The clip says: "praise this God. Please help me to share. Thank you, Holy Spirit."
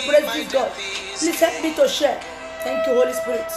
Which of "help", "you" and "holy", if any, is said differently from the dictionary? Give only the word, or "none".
help